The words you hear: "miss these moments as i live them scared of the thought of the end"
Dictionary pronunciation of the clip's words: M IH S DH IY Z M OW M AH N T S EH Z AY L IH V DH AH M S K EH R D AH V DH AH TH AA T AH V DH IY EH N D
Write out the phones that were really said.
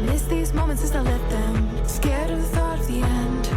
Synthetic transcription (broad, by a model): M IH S DH IY Z M OW M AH N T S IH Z AY L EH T DH AH M S K EH R D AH DH AH TH AA T AH V DH IY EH N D